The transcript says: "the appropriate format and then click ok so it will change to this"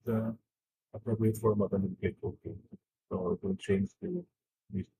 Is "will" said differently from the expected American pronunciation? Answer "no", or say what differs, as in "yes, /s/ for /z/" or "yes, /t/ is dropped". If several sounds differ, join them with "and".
yes, /n/ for /l/